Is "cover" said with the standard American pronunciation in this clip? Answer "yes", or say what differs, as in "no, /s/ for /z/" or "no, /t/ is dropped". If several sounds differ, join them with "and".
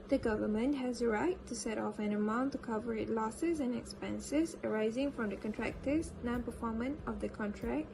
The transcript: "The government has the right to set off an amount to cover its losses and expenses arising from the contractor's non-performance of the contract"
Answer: yes